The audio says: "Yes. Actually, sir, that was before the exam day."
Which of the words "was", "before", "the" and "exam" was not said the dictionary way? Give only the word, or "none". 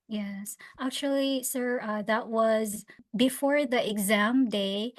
none